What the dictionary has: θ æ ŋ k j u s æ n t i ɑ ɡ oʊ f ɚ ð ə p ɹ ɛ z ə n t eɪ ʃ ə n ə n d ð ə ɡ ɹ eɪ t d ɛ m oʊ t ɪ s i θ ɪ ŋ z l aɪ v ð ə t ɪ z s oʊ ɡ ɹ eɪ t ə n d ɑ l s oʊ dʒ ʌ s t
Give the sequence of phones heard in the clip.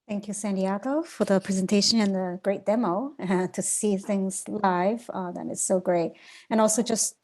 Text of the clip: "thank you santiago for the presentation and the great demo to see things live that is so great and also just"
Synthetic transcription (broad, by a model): θ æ ŋ k j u s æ n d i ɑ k oʊ f ɚ ð ə p ɹ ɛ z ə n t eɪ ʃ ə n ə n ð ə ɡ ɹ eɪ t d ɛ m oʊ t ɪ s i θ ɪ ŋ z l aɪ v ð ə t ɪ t s oʊ ɡ ɹ eɪ t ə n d ɑ l s oʊ dʒ ʌ s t